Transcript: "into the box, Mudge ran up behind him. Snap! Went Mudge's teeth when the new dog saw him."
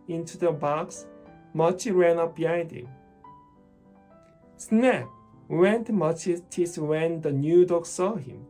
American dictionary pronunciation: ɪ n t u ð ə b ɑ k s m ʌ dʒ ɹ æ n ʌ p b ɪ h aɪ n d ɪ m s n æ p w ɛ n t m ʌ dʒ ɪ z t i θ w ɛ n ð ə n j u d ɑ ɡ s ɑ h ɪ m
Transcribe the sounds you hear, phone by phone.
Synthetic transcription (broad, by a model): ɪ n t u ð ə b ɑ k s m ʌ tʃ ɹ æ n ʌ p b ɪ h aɪ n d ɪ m s n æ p w ɛ n t m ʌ tʃ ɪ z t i s w ɛ n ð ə n j u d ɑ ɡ s ɑ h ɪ m